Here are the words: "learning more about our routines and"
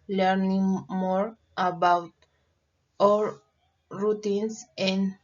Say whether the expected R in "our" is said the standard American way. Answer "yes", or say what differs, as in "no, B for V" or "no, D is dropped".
no, L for R